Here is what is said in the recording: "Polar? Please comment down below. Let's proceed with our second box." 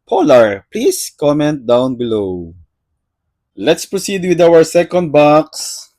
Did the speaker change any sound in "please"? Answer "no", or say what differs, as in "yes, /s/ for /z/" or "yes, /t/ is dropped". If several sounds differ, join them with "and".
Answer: yes, /s/ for /z/